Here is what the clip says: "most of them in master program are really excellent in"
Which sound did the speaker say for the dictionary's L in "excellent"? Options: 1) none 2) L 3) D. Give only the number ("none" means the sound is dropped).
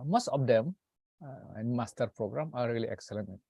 1